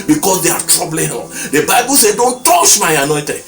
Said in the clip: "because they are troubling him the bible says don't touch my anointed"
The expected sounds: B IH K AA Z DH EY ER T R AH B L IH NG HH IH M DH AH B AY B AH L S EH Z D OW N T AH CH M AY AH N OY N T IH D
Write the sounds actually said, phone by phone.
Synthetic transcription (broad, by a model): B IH K AA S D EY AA T R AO B L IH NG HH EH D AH B AY B AH L S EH D OW N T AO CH M AY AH N OY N T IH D